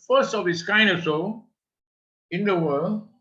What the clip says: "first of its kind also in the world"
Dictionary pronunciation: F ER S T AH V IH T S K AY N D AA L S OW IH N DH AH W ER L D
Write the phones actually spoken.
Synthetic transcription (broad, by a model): F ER S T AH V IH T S K AY N D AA S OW IH N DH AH W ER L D